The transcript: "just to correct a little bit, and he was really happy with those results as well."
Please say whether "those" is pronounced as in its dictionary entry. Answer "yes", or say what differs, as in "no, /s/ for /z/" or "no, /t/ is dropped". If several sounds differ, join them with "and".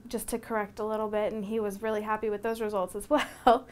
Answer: yes